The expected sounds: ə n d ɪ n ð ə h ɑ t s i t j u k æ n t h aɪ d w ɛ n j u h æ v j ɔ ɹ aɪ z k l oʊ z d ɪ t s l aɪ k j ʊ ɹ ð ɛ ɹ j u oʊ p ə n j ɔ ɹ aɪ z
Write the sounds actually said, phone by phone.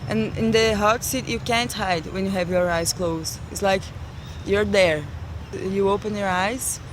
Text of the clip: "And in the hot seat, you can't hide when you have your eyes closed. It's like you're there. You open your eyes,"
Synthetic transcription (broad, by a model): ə n ɪ n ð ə h ɑ t s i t j u k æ n t h aɪ d w ɛ n j u h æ v j ɔ ɹ aɪ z k l oʊ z ɪ t s l aɪ k j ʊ ɹ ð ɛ ɹ j u oʊ p ə n j ɔ ɹ aɪ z